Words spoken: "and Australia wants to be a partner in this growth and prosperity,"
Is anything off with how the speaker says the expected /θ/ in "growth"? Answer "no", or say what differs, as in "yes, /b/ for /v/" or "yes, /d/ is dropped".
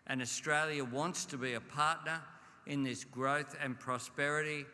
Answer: no